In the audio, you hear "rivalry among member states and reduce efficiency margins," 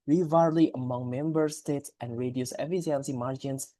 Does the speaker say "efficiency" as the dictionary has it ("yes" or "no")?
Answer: no